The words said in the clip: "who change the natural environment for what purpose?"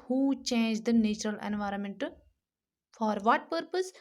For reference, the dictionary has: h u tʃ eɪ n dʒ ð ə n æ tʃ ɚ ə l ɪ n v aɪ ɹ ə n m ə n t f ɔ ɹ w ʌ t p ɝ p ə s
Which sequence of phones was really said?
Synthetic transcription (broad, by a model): h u tʃ eɪ n dʒ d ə n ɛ tʃ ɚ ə l ɪ n v aɪ ɹ ə n m ə n t f ɔ ɹ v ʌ t p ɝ p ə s